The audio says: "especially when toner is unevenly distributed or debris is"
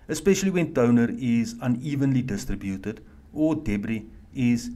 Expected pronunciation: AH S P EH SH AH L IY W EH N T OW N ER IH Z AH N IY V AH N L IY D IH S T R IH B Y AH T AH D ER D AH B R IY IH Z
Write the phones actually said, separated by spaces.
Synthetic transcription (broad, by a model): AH S P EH SH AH L IY W EH N T OW N ER IH Z AH N IY V AH N L IY D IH S T R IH B Y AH T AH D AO D AH B R IY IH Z